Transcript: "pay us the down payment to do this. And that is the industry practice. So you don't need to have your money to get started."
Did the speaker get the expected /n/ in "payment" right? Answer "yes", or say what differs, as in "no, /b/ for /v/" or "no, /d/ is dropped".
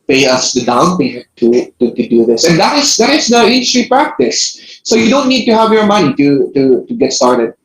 no, /n/ is dropped